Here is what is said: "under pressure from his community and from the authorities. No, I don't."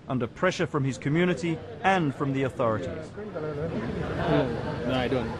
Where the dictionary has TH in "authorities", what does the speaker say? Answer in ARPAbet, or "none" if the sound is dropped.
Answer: TH